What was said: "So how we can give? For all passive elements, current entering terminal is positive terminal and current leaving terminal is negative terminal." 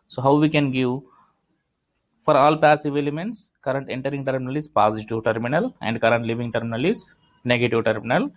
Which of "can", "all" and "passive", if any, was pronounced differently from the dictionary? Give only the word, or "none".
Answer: none